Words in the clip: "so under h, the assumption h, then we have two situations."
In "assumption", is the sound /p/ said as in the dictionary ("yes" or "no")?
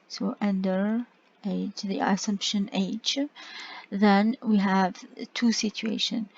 yes